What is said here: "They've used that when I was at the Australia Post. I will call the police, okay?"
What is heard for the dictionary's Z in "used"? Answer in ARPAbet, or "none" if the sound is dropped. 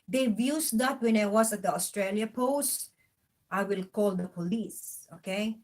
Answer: S